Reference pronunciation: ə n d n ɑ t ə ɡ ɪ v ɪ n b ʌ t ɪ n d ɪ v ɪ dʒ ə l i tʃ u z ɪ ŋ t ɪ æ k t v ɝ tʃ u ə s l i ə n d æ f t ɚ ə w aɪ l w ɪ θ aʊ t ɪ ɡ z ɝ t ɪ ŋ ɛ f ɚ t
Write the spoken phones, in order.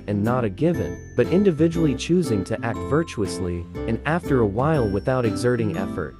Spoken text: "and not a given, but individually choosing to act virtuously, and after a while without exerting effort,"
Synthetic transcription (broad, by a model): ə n n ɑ t ə ɡ ɪ v ɪ n b ʌ t ɪ n d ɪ v ɪ dʒ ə l i tʃ u z ɪ ŋ t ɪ æ k t v ɝ tʃ u ə s l i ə n æ f t ɚ ə w aɪ l w ɪ θ aʊ t ɪ ɡ z ɝ t ɪ ŋ ɛ f ɚ t